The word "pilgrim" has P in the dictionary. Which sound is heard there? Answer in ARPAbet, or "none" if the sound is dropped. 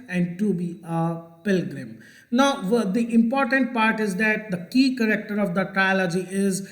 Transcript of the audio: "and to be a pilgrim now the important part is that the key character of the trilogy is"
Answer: P